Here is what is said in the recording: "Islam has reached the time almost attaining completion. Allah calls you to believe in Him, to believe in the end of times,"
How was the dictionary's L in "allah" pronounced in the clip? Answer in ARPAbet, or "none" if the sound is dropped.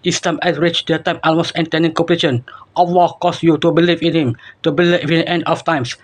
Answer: W